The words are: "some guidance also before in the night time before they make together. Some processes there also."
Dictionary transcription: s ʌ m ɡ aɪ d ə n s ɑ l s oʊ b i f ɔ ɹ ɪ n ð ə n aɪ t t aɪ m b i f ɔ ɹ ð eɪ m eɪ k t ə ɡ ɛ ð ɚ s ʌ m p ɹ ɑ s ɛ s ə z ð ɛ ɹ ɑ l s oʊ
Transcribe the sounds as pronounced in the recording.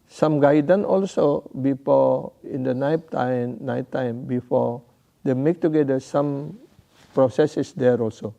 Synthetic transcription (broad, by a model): s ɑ m ɡ aɪ d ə n ɑ l s oʊ b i f ɔ ɪ n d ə n aɪ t t aɪ m b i f ɔ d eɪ m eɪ k t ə ɡ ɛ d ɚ s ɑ m p ɹ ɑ s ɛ s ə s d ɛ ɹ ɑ l s oʊ